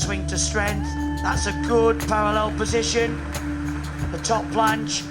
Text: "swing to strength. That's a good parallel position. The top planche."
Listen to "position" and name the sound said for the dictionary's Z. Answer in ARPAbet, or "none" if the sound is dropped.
Z